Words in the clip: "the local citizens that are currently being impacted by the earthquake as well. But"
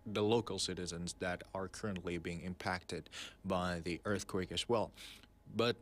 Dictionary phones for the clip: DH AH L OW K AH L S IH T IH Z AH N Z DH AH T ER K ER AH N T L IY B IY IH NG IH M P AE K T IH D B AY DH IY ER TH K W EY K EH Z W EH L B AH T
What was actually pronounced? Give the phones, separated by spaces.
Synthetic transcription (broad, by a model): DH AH L OW K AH L S IH T IH Z AH N Z DH AH T ER K ER AH N T L IY B IY IH NG IH M P AE K T IH D B AY DH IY ER TH K W EY K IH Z W EH L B AH T